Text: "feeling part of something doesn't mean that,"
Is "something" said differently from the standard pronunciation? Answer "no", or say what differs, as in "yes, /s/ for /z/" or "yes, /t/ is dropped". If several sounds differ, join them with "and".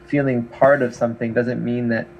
no